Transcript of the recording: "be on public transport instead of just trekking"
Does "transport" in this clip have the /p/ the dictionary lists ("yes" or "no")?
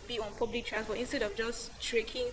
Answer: no